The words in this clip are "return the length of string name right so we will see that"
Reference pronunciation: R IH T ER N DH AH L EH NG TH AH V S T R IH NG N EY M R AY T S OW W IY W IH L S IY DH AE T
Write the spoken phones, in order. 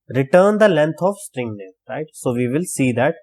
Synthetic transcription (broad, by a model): R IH T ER N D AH L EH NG T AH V S T R IH NG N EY R AY T S OW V IY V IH L S IY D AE T